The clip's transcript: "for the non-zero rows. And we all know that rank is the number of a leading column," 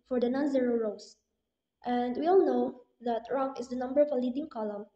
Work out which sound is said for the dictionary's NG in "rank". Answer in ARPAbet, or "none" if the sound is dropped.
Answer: none